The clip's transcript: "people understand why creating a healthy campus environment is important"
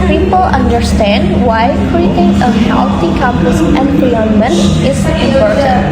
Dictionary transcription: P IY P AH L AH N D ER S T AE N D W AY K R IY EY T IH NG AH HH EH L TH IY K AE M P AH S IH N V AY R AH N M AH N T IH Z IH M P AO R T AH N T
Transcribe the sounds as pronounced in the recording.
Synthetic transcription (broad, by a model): P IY P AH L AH N D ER S T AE N D W AY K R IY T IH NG AH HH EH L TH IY K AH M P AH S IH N P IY AH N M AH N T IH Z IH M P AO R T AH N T